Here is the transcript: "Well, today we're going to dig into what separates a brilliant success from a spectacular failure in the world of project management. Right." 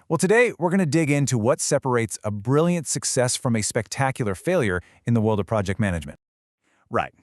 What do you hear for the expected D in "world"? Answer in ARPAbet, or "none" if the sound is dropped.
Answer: D